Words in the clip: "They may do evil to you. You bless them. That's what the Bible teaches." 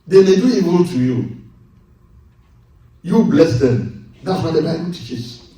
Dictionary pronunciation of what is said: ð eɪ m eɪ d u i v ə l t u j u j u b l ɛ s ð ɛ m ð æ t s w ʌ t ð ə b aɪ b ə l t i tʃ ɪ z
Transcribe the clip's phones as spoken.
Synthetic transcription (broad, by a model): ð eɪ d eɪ d u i w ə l t u j u j u b l ɛ s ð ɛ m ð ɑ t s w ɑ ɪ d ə b aɪ b ə l t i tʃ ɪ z